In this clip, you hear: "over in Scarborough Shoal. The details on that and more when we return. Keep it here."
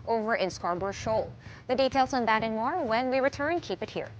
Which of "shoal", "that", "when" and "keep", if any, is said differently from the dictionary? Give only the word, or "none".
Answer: none